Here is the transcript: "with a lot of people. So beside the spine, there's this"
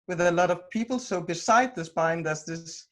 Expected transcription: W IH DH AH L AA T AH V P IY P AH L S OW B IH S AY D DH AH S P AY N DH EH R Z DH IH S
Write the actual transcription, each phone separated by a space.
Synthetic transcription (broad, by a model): W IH DH AH L AA T AH V P IY P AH L S OW B IH S AY D DH AH S B AY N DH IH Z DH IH S